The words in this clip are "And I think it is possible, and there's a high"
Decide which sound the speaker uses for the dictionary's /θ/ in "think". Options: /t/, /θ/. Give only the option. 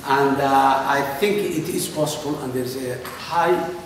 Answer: /t/